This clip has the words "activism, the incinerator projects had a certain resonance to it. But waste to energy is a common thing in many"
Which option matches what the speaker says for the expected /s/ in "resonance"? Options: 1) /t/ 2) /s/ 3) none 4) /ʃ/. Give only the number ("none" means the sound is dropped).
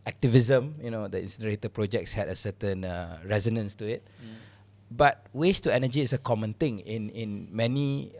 2